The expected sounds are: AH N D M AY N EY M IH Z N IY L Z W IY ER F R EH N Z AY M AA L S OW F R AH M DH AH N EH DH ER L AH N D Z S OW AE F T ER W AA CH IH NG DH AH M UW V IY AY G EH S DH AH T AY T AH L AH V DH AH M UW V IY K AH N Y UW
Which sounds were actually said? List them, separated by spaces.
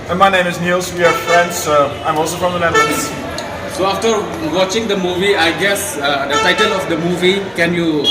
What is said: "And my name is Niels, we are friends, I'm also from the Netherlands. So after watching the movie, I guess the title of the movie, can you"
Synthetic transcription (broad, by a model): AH M AY N EY M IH S N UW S W IY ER F R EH N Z AY M AA L S OW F R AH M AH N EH ER N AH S S OW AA F T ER W AA CH IH NG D AH M UW V IY AY G EH S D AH T AY T AH L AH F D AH M UW V IY K AH N Y UW